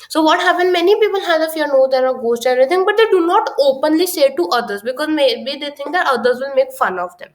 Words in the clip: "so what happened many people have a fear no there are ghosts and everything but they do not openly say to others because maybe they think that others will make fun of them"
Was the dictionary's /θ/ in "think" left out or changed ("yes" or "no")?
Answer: yes